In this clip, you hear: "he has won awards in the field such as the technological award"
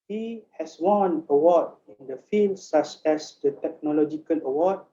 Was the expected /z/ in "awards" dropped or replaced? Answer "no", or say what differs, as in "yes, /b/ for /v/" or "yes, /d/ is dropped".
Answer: yes, /z/ is dropped